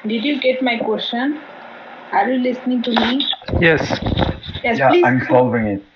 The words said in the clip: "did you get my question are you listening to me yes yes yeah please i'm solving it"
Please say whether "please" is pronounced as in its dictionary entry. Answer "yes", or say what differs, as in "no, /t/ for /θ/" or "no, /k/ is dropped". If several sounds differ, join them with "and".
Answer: no, /z/ is dropped